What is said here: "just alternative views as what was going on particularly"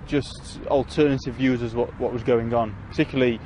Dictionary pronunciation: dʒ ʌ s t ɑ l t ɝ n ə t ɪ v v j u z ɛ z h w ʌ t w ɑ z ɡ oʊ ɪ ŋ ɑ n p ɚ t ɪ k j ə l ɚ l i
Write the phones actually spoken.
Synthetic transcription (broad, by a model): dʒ ʌ s t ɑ l t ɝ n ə t ɪ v v j u z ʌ z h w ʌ t w ɑ z ɡ oʊ ɪ ŋ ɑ n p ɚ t ɪ k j l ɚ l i